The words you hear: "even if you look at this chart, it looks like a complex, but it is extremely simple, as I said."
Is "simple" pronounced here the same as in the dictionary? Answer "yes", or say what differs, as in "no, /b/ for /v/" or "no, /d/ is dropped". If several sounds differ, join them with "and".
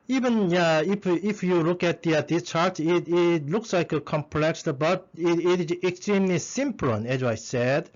no, /n/ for /l/